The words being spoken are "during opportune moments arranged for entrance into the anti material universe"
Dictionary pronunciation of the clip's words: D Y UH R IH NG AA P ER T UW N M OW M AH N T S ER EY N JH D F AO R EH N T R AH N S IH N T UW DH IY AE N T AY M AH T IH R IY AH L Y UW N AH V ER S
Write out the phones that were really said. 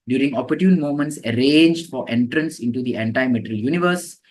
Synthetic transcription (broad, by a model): D Y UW R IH NG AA P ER T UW N M OW M AH N T S ER EY N JH D F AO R EH N T R AH N S IH N T UW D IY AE N T AY M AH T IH R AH L Y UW N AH V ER S